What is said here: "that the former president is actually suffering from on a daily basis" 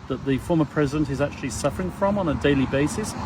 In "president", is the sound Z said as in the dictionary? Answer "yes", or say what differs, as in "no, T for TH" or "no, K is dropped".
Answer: yes